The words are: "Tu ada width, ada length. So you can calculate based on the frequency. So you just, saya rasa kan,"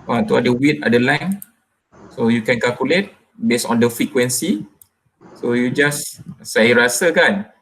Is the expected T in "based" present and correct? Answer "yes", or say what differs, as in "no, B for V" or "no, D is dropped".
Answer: no, T is dropped